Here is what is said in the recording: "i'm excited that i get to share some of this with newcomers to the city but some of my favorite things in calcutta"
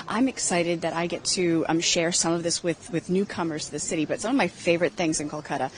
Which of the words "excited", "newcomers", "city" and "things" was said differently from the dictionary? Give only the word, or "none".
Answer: none